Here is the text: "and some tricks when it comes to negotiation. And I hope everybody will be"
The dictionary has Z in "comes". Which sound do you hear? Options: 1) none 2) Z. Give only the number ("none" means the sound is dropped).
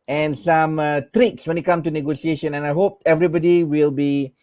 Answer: 1